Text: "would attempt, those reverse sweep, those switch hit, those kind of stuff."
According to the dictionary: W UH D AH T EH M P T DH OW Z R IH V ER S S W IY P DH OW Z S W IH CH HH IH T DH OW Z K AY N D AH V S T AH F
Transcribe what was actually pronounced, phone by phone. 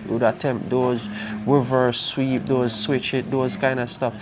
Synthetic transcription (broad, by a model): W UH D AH T EH M P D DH OW Z W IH V ER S S W IY P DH OW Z S W IH CH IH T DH OW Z K AY N D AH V S T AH F